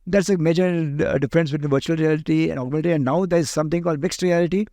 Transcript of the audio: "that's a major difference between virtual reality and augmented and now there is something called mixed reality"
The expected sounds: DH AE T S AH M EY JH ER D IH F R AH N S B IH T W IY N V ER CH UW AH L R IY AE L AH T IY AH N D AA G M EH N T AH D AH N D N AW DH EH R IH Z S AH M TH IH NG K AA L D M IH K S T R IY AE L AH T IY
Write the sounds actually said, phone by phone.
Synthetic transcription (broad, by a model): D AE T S AH M EY JH ER D IH F R AH N S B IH T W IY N V ER CH UW AH L R IY AE L AH T IY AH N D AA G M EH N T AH AH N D N AW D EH R IH Z S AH M T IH NG K AA L D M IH K S T R IY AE L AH T IY